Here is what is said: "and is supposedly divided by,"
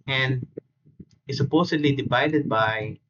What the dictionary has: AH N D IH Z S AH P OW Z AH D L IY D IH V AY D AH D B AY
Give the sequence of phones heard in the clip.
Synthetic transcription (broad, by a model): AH N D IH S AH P OW S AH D L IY D IH V AY D AH D B AY